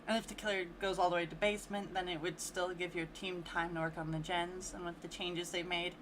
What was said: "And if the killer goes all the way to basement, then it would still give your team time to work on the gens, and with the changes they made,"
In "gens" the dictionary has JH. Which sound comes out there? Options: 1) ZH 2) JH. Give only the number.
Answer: 2